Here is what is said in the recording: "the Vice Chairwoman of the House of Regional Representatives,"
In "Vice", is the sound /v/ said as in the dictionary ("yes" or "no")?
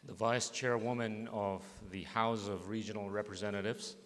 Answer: yes